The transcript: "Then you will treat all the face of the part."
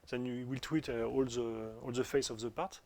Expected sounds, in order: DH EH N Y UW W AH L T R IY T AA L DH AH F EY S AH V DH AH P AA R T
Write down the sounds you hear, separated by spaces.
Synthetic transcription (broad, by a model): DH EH N Y UW W AH L T W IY T AA L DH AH F EY S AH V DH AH P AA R T